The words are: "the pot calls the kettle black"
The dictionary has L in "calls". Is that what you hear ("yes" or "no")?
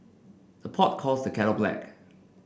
no